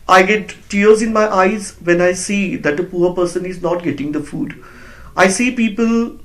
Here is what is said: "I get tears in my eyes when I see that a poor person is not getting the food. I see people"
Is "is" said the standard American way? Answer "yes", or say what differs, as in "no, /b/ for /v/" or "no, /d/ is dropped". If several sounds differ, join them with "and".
yes